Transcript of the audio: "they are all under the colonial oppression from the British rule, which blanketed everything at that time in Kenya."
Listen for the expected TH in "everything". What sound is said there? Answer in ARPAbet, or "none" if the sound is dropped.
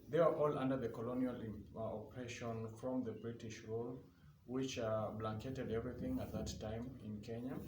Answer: TH